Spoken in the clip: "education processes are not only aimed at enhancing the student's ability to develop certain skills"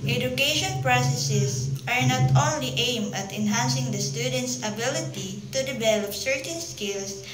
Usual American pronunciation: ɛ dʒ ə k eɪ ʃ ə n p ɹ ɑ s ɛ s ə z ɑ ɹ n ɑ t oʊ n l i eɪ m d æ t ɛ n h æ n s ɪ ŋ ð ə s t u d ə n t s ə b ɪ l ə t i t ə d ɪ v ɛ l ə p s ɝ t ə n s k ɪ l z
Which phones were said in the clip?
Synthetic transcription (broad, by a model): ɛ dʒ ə k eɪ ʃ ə n p ɹ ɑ s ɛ s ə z ɑ ɹ n ɑ t oʊ n l i eɪ m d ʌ t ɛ n h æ n s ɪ ŋ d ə s t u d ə n t s ə b ɪ l ə t i t ə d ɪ b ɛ l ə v s ɝ t ə n s k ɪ l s